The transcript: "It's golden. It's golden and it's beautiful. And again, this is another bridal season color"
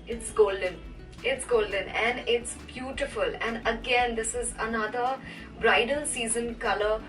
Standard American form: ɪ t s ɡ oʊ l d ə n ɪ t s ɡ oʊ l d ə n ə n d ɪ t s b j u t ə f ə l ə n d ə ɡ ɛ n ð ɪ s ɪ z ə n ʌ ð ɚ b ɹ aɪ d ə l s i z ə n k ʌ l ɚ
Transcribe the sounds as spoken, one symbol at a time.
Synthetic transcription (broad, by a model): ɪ t s ɡ oʊ l d ə n ɪ t s ɡ oʊ l d ə n ə n d ɪ t s b j u t ə f ə l ə n d ə ɡ ɛ n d ɪ s ɪ z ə n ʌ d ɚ b ɹ aɪ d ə n s i z ə n k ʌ l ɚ